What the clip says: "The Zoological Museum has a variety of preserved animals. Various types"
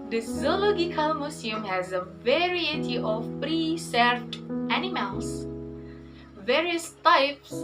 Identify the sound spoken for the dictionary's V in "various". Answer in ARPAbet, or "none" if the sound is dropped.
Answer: V